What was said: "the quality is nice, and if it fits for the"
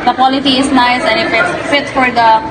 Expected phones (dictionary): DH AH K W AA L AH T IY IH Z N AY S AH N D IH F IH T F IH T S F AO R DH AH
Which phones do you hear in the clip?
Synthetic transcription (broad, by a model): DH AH K W AA L AH T IY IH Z N AY S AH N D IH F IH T F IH T F AO R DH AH